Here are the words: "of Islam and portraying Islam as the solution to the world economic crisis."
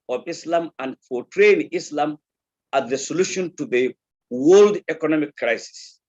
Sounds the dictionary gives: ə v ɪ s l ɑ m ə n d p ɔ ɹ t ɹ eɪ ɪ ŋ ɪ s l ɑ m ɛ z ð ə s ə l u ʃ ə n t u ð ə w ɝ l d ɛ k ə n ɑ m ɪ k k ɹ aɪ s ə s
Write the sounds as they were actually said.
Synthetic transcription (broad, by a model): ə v ɪ s l ɑ m ə n d f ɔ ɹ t ɹ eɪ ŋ ɪ s l ɑ m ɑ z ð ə s ə l u ʃ ə n t u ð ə w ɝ l d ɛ k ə n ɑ m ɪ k k ɹ aɪ s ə s